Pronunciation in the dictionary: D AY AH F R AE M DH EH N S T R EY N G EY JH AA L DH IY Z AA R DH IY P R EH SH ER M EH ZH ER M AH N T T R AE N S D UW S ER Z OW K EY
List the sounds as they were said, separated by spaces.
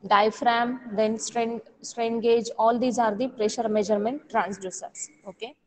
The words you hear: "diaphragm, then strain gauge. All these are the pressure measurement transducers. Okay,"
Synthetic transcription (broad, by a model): D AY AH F R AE M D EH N S T R EY N G EY JH AA L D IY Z AA R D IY P R EH SH ER M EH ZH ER M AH N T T R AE N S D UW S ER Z OW K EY